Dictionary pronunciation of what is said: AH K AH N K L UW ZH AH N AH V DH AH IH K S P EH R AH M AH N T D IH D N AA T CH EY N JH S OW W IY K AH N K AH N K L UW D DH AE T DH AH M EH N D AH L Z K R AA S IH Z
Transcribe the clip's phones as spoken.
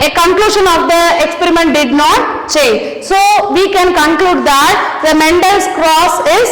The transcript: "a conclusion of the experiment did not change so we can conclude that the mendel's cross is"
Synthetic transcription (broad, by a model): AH K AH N K L UW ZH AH N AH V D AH IH K S P EH R AH M AH N T D IH D N AA T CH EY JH S OW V IY K AH N K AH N K L UW D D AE T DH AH M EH N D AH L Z K R AA S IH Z